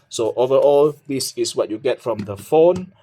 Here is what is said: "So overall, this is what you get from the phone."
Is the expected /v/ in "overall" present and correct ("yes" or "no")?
yes